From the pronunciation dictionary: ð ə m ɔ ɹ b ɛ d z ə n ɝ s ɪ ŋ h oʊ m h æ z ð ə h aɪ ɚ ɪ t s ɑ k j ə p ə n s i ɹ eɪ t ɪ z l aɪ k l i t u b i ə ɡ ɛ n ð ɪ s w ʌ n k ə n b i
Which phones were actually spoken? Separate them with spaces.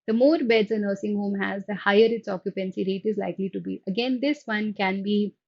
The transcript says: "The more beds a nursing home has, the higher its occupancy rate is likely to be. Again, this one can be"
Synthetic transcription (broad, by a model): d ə m ɔ ɹ b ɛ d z ə n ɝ s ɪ ŋ h oʊ m h æ z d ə h aɪ ɚ ɪ t s ɑ k j ə p ə n s i ɹ eɪ t ɪ z l aɪ k l i t u b i ə ɡ ɛ n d ɪ s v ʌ n k ə n b i